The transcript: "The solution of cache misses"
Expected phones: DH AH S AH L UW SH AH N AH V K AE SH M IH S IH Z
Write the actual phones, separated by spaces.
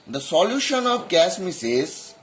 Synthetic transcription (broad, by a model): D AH S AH L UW SH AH N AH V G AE S M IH S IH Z